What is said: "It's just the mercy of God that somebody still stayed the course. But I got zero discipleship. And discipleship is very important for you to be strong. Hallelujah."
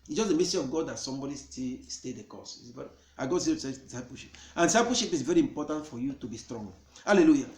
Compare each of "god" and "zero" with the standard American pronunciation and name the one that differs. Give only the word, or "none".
zero